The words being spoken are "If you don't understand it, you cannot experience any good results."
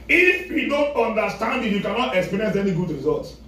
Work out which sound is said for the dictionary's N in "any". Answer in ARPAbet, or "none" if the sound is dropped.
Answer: N